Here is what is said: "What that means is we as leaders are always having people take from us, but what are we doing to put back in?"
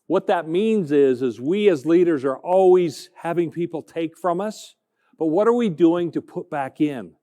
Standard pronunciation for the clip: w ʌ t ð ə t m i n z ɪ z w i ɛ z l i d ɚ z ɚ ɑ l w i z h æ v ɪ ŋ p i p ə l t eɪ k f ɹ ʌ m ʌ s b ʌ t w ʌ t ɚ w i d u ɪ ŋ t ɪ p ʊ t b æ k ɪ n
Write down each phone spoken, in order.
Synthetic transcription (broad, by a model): w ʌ t ð ə t m i n z ɪ z w i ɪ z l i d ɚ z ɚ ɑ l w i z h æ v ɪ ŋ p i p l t eɪ k f ɹ ʌ m ʌ s b ʌ t w ʌ t ɚ w i d u ɪ ŋ t ɪ p ʊ t b æ k ɪ n